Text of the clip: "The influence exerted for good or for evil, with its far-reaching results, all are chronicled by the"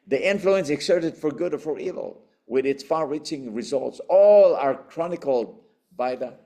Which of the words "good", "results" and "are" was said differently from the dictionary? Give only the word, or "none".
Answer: none